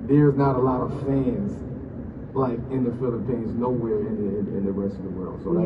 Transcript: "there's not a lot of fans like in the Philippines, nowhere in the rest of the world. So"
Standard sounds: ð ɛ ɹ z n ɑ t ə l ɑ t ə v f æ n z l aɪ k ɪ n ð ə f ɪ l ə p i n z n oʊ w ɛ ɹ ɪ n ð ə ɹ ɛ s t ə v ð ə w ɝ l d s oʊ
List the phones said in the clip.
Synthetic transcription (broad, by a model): ð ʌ ɹ z n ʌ t ə l ɑ t ə v f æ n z l aɪ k ɪ n ð ə f ɪ l ə p i n z n oʊ w ɛ ɹ ɪ n ð ə ɹ ɛ s t ə v ð ə w ɝ l d s oʊ